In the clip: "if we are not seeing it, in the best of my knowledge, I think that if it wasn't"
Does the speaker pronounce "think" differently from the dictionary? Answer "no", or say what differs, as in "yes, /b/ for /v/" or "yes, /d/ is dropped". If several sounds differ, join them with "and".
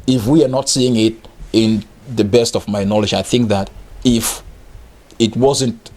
no